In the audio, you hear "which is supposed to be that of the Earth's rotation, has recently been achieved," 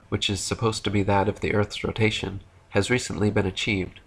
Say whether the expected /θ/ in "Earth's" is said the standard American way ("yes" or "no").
yes